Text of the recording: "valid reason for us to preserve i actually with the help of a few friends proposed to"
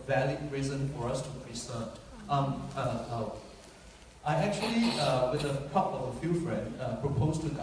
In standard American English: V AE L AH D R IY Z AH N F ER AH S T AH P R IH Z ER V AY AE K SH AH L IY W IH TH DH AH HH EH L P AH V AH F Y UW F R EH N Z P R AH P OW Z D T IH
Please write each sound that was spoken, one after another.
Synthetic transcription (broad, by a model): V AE L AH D R IY Z AH N F ER AH S T AH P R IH S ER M AY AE K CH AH L IY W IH DH AH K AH P AH V AH F Y UW F R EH N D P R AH P OW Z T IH